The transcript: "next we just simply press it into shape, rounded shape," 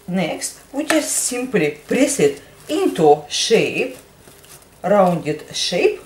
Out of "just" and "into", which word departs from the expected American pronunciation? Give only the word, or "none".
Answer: just